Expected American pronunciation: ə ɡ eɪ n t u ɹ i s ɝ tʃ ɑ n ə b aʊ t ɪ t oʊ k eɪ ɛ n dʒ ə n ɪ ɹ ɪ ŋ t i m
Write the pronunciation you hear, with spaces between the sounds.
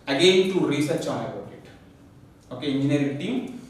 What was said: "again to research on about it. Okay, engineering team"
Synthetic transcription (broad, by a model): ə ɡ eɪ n t u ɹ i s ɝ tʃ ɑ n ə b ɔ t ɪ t oʊ k eɪ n ə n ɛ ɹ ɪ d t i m